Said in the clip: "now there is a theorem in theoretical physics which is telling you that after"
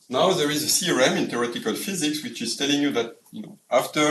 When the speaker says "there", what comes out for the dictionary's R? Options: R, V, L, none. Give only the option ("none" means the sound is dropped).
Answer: R